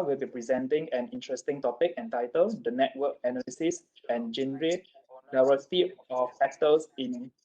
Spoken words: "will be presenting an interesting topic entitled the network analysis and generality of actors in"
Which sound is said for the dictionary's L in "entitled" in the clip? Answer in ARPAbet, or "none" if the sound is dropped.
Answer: L